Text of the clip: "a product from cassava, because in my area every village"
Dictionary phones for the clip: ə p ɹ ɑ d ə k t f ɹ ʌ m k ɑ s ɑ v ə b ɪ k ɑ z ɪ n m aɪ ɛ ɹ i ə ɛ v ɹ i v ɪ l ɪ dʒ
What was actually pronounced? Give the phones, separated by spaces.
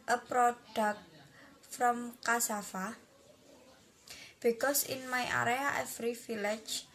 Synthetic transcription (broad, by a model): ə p ɹ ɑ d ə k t f ɹ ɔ m k ɑ s ɑ f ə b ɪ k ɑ s ɪ n m aɪ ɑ ɹ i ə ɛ f ɹ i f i l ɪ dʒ